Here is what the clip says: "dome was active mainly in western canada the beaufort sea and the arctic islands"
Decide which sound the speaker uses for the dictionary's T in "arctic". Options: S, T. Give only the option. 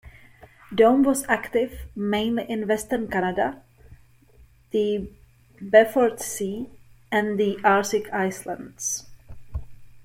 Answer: S